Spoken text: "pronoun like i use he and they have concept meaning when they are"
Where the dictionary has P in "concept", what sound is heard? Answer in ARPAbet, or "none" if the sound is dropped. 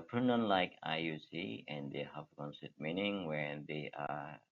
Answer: none